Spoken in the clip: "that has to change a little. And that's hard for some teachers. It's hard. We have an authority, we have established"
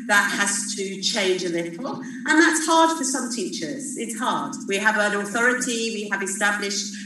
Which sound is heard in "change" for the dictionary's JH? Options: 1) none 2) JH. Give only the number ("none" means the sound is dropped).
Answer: 2